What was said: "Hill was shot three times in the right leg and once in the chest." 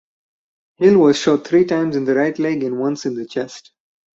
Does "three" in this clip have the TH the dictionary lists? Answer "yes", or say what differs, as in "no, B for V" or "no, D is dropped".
no, T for TH